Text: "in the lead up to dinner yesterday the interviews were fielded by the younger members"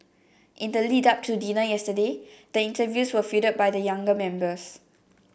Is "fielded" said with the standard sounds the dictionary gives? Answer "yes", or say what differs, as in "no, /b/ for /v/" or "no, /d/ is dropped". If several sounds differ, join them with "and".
no, /l/ is dropped